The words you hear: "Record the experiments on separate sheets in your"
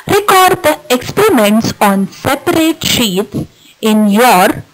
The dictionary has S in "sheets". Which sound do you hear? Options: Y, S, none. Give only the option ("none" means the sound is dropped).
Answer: none